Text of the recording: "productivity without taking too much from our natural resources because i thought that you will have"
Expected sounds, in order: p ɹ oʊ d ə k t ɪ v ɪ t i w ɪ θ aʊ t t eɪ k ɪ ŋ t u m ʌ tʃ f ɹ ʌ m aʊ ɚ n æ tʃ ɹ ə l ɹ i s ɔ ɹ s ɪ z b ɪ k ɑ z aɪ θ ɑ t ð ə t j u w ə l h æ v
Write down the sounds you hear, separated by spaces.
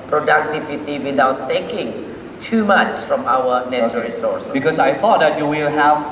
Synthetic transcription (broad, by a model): p ɹ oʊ d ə k t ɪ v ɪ t i w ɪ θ aʊ t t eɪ k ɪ ŋ t u m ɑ tʃ f ɹ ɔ m aʊ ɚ n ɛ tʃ ə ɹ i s ɔ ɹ s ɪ b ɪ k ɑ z aɪ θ ɑ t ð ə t j u w ə l h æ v